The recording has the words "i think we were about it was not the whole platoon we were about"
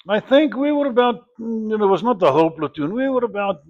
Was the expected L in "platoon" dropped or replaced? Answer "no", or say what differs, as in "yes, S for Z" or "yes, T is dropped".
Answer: no